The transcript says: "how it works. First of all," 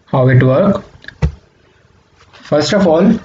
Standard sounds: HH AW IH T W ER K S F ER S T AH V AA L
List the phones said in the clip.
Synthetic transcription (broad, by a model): HH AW IH T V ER K F ER S T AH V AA L